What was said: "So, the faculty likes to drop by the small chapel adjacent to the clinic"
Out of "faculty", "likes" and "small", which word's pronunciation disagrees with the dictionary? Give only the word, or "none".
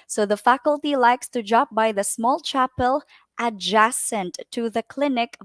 none